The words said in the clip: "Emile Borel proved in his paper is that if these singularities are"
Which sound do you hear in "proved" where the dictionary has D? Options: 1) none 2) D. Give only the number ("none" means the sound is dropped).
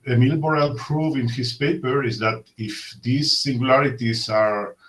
1